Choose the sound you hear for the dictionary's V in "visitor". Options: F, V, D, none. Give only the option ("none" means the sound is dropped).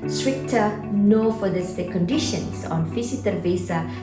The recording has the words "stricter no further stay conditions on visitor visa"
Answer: F